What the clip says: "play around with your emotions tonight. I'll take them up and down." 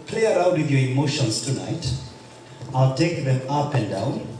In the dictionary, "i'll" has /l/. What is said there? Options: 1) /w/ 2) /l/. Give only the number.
2